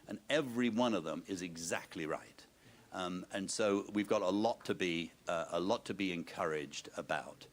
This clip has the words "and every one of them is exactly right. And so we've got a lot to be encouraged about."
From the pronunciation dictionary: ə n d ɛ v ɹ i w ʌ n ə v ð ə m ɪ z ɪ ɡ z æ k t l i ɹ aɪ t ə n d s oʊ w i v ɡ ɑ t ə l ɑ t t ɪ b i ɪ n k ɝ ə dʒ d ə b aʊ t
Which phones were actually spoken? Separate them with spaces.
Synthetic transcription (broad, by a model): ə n ɛ v ɹ i w ʌ n ə v ð ə m ɪ z ɪ ɡ z æ k t l i ɹ aɪ t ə n s oʊ w i v ɡ ɑ t ə l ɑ t t ɪ b i ɪ n k ɝ ə dʒ d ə b aʊ t